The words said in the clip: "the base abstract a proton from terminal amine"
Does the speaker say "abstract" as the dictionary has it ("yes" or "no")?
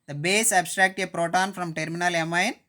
yes